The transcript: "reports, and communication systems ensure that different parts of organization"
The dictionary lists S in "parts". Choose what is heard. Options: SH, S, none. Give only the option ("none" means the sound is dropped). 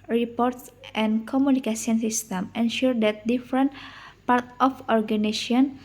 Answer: none